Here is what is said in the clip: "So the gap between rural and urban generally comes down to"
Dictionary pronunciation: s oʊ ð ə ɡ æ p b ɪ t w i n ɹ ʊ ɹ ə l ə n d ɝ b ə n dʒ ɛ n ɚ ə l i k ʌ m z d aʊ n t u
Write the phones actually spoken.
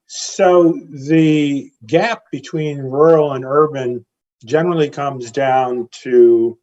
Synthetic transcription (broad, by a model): s oʊ ð ə ɡ æ p b ɪ t w i n ɹ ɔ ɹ l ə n ɝ b ə n dʒ ɛ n ɚ l i k ʌ m z d aʊ n t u